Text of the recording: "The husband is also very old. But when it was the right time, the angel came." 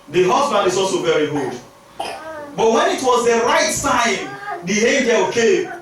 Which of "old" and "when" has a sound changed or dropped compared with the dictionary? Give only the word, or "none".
old